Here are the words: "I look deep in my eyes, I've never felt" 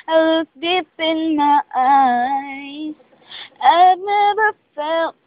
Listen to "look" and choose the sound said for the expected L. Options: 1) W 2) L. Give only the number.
1